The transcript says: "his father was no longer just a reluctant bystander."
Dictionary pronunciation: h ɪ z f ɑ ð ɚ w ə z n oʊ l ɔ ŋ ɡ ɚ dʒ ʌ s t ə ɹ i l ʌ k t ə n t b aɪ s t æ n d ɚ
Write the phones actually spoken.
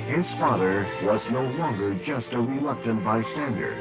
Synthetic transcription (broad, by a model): h ɪ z f ɑ ð ɚ w ə z n oʊ l ɔ ŋ ɡ ɚ dʒ ʌ s t ə ɹ i l ʌ k t ə n t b aɪ s t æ n d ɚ